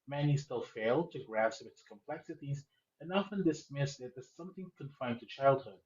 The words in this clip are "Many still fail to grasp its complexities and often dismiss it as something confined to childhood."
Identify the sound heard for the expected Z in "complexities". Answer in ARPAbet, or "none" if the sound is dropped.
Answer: Z